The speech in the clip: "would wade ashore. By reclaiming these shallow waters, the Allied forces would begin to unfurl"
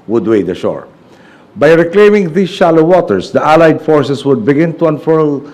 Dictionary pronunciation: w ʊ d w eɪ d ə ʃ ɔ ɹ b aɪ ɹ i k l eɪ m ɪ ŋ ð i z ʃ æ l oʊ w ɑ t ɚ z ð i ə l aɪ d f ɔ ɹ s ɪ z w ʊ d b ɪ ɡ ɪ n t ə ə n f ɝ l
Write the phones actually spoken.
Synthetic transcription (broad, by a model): w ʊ d w eɪ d ə ʃ ɔ ɹ b aɪ ɹ i k l eɪ m ɪ ŋ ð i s ʃ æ l oʊ w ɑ t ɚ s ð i ə l aɪ d f ɔ ɹ s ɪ s w ʊ d b ɪ ɡ ɪ n t ə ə n f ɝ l